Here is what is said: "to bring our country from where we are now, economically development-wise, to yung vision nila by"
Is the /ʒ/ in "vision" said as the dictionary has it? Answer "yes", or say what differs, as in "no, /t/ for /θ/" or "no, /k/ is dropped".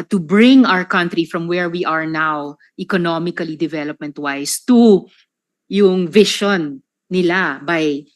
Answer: no, /ʃ/ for /ʒ/